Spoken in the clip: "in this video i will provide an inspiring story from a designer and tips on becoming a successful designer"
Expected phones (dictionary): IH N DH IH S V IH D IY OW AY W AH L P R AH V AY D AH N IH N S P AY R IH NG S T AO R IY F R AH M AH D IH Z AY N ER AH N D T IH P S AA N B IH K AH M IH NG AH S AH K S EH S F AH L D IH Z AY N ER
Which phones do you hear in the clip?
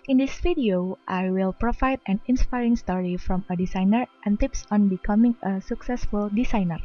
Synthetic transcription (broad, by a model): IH N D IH S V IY D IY OW AY W AH L P R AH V AY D AH N IH N S P AY R IH NG S T AO R IY F R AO M AH D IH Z AY N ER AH N T IH P S AA N B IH K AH M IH NG AH S AH K S EH S F AH L D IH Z AY N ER